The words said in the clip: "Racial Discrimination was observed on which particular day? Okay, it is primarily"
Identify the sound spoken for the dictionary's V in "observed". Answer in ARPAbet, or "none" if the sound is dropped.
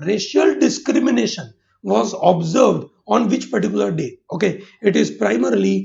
V